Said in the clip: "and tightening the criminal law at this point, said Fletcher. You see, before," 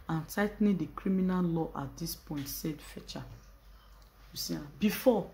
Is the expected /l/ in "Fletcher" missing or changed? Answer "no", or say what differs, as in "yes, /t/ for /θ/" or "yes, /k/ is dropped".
yes, /l/ is dropped